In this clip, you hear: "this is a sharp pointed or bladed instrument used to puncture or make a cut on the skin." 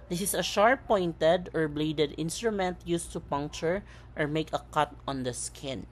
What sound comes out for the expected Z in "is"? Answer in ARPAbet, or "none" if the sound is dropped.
S